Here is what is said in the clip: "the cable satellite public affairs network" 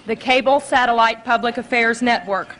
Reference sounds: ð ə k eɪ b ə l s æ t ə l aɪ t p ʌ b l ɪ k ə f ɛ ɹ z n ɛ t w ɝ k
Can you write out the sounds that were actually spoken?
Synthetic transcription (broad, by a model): ð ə k eɪ b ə l s æ t ə l aɪ t p ʌ b l ɪ k ə f ɛ ɹ z n ɛ t w ɝ k